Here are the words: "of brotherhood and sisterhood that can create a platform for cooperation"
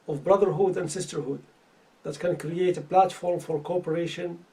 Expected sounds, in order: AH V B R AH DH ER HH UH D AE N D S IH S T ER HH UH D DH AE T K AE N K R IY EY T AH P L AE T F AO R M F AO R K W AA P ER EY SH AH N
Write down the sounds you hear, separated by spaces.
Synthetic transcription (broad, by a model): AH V B R AH DH ER HH UH D AE N D S IH S T ER HH UH D DH AE T K AE N K R IY EY T AH P L AE T F AO R M F AO R K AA P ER EY SH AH N